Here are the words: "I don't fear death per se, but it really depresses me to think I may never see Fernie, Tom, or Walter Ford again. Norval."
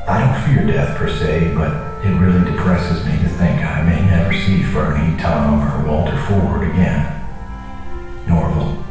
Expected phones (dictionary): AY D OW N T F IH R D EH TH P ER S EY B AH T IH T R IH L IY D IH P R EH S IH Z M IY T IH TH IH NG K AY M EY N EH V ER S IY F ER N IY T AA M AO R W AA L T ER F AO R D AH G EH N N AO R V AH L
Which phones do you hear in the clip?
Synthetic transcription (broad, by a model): AY D OW N T F IH R D EH TH P ER S EY B AH T IH T R IH L IY D IH P R EH S IH Z M IY T IH TH IH NG K AY M EY N EH V ER S IY F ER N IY T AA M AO R W AA L T ER F AO R D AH G EH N N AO R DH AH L